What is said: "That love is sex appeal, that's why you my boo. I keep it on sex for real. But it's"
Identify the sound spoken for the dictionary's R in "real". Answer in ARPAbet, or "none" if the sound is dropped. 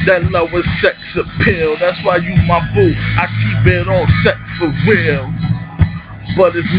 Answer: W